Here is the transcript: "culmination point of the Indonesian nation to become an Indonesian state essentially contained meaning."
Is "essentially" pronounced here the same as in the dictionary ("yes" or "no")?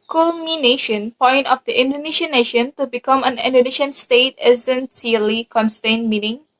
no